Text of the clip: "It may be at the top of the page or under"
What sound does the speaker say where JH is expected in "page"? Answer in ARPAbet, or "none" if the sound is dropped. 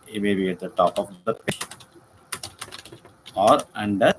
SH